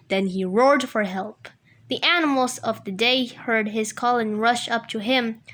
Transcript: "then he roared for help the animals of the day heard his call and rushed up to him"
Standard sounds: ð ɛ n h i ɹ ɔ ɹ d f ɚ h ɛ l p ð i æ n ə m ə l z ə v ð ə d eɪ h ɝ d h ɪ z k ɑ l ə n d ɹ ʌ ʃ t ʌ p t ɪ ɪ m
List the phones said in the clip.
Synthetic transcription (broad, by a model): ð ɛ n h i ɹ ɔ ɹ d f ɚ h ɛ l p ð i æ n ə m l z ə v ð ə d eɪ h ɝ d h ɪ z k ɑ l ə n ɹ ʌ ʃ ʌ p t ɪ ɪ m